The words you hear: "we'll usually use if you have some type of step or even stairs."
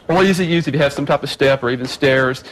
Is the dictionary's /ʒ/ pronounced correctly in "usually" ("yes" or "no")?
no